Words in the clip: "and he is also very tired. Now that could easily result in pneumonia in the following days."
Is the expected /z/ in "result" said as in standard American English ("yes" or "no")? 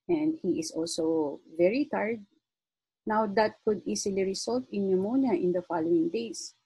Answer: no